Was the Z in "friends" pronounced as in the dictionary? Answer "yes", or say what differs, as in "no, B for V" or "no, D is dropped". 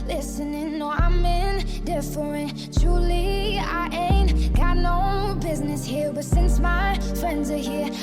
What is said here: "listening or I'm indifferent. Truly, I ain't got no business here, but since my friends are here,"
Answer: yes